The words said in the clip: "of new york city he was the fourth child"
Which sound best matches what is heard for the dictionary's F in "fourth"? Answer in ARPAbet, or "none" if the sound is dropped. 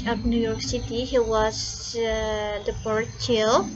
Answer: P